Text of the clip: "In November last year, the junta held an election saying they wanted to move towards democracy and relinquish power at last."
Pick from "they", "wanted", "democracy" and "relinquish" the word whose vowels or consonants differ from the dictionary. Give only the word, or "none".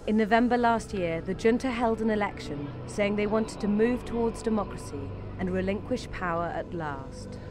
none